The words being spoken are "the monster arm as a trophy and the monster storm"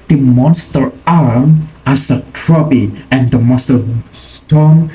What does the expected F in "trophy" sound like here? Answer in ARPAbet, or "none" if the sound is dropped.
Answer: P